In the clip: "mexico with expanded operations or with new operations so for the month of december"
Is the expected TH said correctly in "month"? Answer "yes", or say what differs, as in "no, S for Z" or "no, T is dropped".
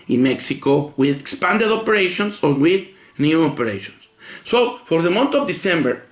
no, T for TH